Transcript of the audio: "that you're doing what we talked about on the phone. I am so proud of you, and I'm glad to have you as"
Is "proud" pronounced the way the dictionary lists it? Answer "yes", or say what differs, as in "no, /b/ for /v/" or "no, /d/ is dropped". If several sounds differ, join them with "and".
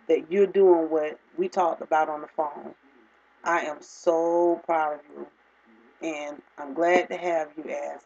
yes